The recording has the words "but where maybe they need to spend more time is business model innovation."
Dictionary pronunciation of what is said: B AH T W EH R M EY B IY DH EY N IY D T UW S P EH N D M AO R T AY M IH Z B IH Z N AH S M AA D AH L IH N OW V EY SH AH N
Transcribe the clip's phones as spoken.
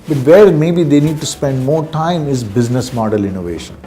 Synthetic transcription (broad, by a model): B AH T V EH R M EY B IY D EY N IY D T UW S P EH N D M AO R T AY M IH Z B IH Z N AH S M AA D AH L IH N OW V EY SH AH N